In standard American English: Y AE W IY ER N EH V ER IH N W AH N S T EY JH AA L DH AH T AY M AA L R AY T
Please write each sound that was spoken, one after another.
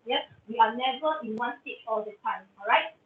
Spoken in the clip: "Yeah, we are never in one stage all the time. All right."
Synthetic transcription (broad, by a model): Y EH W IY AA N EH V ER IH N W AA N S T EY CH AA L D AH T AY M AA L R AY T